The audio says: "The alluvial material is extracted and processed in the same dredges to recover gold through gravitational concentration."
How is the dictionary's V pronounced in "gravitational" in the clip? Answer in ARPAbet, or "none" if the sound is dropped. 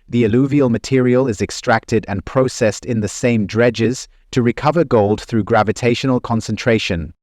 V